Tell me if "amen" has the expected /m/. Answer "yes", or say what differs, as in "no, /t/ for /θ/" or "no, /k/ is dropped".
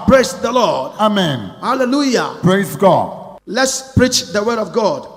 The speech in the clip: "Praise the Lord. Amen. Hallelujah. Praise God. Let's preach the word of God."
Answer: yes